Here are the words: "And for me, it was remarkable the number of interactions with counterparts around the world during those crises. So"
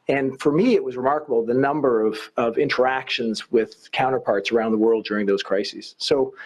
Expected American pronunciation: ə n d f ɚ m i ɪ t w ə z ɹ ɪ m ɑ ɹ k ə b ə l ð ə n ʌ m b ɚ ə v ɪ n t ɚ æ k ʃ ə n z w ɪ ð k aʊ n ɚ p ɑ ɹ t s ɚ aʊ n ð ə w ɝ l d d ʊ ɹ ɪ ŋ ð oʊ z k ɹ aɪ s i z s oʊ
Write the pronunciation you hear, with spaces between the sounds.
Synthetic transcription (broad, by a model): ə n f ɚ m i ɪ t w ə z ɹ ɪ m ɑ ɹ k ə b l ð ə n ʌ m b ɚ ə v ɪ n t ɚ æ k ʃ ə n z w ɪ ð k aʊ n ɚ p ɑ ɹ t s ɚ aʊ n ð ə w ɝ l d d ʊ ɹ ɪ ŋ ð oʊ z k ɹ aɪ s i z s oʊ